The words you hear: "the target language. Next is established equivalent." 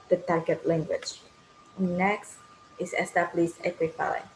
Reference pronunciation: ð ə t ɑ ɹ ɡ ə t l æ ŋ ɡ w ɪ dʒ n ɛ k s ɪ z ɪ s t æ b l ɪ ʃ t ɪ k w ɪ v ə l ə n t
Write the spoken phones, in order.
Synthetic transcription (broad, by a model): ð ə t ɑ ɹ ɡ ə t l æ ŋ ɡ w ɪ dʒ n ɛ k s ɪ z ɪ s t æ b l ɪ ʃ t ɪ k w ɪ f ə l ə